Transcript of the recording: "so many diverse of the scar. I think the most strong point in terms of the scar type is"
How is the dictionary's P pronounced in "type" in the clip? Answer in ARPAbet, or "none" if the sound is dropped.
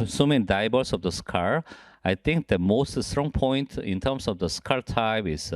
B